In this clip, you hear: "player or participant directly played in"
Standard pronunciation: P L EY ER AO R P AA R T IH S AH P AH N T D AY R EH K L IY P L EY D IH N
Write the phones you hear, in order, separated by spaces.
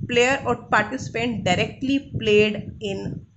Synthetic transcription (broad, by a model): P L EY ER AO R P AA R T IH S AH P AH N T D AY R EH K L IY P L EY D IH N